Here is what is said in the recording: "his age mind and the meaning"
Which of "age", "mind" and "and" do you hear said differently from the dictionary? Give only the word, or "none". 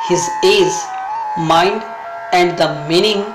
age